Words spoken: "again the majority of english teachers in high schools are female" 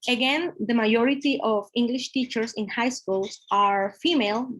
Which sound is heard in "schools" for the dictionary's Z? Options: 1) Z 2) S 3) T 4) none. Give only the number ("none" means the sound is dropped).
2